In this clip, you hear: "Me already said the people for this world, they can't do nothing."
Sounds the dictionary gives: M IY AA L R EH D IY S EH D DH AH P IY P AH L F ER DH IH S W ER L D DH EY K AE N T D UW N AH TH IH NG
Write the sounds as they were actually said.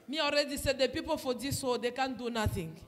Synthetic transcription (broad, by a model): M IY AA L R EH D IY S EH D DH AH P IY P AH L F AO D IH S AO D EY K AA N D UW N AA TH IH NG